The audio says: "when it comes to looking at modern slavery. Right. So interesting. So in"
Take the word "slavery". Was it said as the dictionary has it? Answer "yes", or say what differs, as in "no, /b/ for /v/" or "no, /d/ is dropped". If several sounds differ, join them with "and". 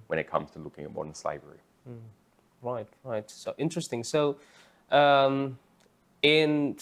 no, /b/ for /v/